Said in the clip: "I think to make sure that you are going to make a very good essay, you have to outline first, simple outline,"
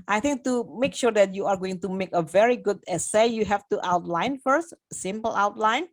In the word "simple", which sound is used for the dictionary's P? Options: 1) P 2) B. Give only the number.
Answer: 1